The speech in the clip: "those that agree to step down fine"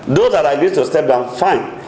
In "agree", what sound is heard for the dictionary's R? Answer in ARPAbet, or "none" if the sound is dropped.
none